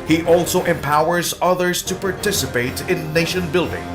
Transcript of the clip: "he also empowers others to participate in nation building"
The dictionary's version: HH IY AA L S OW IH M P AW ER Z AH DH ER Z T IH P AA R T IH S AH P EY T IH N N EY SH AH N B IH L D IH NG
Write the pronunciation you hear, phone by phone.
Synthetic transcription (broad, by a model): HH IY AA L S OW IH M P AW ER Z AH DH ER Z T IH P AA R T IH S AH P EY T IH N N EY SH AH N B IH L D IH NG